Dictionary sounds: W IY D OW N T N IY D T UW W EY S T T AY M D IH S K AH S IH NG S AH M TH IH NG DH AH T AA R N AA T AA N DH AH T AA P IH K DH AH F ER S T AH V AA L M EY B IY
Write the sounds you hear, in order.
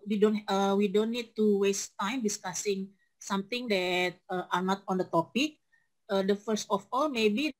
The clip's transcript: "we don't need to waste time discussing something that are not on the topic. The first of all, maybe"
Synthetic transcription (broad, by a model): W IY D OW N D N IY D T UW W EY S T T AY M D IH S K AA S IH NG S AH M T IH NG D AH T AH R N AA T AA N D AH T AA P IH K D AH F ER S T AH F AA L M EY B IY